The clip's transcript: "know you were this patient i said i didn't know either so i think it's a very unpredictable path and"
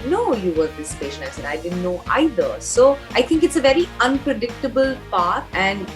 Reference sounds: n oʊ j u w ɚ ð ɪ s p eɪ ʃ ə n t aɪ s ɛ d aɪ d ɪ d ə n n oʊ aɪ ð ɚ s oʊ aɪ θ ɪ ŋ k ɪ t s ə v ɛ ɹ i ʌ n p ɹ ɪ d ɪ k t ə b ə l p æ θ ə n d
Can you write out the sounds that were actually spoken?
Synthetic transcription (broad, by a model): n oʊ j u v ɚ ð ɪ s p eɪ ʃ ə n aɪ s ɛ d aɪ d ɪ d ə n n oʊ aɪ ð ɚ s oʊ aɪ t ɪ ŋ k ɪ t s ə v ɛ ɹ i ʌ n p ɹ ɪ d ɪ k t ə b ə l p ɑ t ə n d